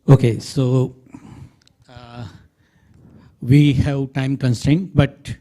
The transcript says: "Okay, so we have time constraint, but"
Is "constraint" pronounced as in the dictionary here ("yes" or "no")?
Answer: no